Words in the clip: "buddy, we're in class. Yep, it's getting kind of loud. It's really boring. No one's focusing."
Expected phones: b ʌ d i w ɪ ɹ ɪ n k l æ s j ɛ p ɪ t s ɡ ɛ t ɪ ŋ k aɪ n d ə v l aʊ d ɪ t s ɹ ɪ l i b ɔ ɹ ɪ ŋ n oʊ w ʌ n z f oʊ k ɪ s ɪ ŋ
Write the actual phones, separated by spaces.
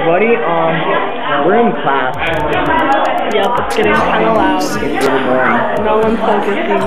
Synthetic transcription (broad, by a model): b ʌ d i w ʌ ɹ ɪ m k l æ s j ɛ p ɪ t s ɡ ɛ t ɪ ŋ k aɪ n ə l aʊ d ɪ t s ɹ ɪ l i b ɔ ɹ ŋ n oʊ w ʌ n f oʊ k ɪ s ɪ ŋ